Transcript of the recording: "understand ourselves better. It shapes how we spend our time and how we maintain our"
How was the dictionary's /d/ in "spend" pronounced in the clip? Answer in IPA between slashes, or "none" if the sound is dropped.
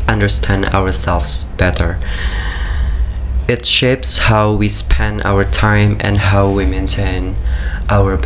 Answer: none